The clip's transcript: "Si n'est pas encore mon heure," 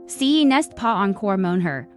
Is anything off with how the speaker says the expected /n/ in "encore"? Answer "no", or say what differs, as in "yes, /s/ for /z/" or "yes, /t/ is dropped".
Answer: no